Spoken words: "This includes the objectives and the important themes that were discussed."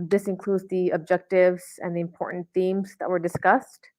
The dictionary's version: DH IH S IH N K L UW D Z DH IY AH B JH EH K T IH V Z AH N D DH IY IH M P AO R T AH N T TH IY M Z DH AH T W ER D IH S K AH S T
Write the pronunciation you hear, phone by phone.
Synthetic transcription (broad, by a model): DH IH S IH N K L UW D Z DH IY AH B JH EH K T IH V Z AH N DH IY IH M P AO R T N TH IY M Z DH AH T W ER D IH S K AH S T